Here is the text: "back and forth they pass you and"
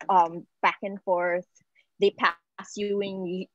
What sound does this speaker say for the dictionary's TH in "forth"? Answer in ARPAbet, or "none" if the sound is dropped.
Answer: TH